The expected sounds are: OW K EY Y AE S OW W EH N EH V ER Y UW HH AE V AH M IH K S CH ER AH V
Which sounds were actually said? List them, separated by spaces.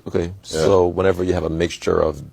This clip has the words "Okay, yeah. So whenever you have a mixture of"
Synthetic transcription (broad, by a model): OW K EY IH S OW W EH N EH V ER Y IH V AH M IH K S CH ER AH V